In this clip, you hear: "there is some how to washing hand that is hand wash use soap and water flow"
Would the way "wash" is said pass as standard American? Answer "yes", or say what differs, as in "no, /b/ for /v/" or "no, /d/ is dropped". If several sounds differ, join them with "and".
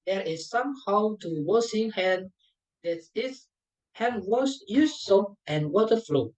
no, /s/ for /ʃ/